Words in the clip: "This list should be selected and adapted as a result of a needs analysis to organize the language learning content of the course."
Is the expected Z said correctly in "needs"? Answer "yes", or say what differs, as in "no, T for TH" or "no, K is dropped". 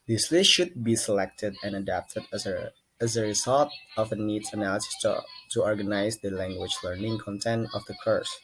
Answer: no, Z is dropped